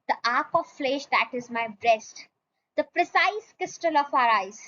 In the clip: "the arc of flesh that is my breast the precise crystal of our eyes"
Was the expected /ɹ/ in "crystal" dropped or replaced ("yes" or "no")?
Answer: yes